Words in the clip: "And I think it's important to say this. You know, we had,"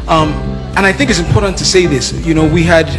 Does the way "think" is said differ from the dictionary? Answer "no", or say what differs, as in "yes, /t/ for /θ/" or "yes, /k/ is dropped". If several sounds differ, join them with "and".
no